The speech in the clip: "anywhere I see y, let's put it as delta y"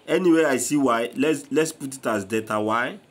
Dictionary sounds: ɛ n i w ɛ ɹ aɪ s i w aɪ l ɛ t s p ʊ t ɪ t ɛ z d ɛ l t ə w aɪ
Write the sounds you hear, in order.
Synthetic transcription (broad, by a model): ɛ n i w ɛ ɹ aɪ s i w aɪ l ɛ t s p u t ɪ t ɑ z d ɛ t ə w aɪ